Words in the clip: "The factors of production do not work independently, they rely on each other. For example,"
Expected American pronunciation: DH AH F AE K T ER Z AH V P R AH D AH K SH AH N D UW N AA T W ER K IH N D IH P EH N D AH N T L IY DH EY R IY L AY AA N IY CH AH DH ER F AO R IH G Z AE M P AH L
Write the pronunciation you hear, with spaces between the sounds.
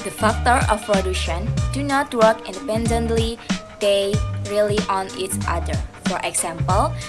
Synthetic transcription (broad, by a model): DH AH F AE K T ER AH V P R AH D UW SH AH N D UW N AA T W ER K IH N D IH P EH N D AH N T L IY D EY R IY L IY AA N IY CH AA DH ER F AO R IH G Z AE M P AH L